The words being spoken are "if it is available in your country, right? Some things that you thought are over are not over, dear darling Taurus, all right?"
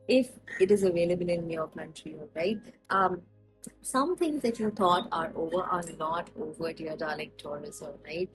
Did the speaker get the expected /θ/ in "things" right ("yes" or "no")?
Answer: no